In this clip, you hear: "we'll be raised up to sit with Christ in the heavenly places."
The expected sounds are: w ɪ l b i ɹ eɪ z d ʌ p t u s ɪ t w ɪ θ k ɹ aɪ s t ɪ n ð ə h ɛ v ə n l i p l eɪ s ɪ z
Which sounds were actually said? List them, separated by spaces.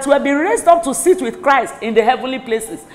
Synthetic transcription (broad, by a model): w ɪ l b i ɹ eɪ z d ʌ p t u s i t w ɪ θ k ɹ aɪ s t ɪ n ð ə h ɛ v ə n l i p l eɪ s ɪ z